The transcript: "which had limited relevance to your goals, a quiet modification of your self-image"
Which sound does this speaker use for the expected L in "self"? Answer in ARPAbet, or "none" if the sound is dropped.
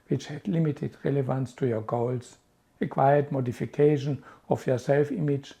L